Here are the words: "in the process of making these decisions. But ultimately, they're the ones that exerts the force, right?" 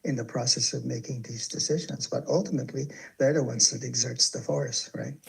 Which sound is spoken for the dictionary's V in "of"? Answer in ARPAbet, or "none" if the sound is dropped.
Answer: V